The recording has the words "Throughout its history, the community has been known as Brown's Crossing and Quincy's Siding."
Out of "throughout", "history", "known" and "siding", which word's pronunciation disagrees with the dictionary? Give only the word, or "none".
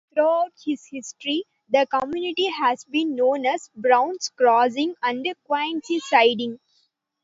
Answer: throughout